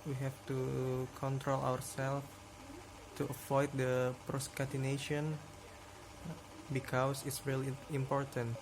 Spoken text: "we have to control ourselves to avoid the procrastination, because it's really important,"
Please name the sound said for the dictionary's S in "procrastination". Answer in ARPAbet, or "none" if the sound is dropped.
none